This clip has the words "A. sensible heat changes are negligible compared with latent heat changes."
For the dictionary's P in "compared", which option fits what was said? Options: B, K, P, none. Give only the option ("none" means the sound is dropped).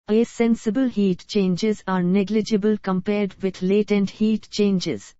P